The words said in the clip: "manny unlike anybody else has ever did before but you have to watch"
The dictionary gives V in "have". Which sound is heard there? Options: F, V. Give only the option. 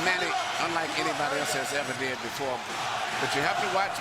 F